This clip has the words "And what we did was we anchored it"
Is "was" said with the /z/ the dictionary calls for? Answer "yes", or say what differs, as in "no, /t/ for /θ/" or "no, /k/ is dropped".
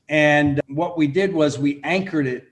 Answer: yes